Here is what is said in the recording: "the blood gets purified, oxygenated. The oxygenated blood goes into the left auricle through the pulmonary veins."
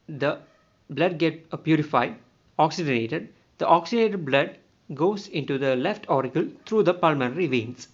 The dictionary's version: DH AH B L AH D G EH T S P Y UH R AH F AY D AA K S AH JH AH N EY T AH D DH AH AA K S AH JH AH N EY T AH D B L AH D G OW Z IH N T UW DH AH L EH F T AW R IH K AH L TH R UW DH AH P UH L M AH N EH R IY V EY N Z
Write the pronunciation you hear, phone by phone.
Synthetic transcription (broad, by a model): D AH B L AH D G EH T P Y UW R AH F AY D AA K S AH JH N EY T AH D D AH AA K S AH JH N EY T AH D B L AH D G OW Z IH N T UW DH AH L EH F T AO R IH K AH L T R UW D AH P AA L M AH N R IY V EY N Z